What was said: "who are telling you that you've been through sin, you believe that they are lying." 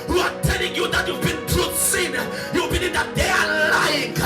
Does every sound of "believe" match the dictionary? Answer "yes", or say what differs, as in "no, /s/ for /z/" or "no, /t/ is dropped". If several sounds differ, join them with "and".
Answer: no, /n/ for /l/